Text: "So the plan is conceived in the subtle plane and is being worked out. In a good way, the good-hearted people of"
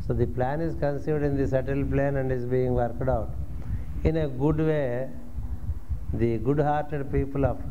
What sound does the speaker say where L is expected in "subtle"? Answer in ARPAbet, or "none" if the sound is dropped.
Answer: L